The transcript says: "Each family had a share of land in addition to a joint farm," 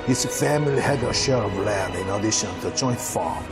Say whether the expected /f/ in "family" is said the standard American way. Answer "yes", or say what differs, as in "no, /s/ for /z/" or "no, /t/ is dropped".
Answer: yes